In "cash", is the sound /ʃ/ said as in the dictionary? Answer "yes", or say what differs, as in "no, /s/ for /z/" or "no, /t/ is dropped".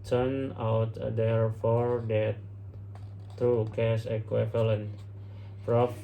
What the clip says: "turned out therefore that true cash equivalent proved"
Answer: no, /s/ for /ʃ/